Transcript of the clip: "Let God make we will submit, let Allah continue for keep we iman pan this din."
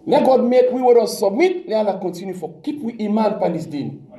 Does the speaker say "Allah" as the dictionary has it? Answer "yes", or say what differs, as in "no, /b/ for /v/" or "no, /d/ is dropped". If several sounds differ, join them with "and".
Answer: no, /n/ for /l/